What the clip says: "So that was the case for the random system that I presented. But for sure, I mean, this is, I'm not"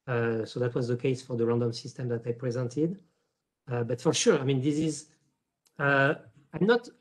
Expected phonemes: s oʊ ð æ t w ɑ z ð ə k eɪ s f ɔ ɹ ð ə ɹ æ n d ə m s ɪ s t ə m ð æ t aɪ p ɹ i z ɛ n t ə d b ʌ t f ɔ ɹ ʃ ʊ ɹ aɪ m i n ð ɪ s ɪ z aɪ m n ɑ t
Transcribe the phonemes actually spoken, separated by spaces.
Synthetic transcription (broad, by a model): s oʊ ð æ t w ɑ z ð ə k eɪ s f ɔ ɹ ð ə ɹ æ n d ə m s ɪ s t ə m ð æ t aɪ p ɹ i z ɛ n t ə d b ʌ t f ɔ ɹ ʃ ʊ ɹ aɪ m i n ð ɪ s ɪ z aɪ m n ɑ t